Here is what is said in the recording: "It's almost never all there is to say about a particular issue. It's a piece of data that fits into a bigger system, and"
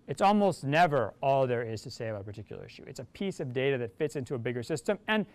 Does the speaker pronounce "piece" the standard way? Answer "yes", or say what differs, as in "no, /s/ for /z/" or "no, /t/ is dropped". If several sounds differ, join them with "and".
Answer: yes